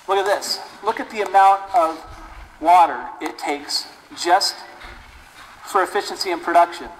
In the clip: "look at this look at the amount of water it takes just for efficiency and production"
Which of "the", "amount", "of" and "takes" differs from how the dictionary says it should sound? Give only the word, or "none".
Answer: none